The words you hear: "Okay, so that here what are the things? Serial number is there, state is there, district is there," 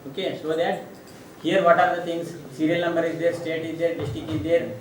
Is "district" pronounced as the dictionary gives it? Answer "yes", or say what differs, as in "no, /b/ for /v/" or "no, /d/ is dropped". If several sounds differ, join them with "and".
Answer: no, /ɹ/ is dropped and /t/ is dropped